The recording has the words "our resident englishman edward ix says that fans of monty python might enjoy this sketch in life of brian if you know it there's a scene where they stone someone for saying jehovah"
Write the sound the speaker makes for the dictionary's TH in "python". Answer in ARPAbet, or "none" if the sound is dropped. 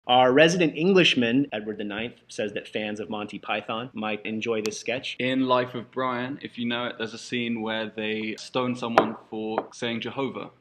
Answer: TH